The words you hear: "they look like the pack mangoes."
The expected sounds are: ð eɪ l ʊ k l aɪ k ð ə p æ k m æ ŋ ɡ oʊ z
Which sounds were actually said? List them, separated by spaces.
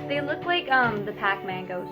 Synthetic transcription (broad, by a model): ð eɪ l ʊ k l aɪ k ð ə p æ k m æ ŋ ɡ oʊ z